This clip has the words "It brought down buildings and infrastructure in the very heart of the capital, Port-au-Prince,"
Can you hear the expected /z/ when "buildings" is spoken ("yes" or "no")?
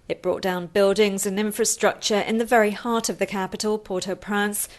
yes